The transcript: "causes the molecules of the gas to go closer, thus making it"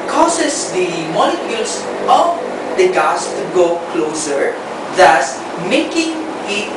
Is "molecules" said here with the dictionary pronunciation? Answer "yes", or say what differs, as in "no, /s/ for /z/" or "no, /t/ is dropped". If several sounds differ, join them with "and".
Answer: no, /s/ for /z/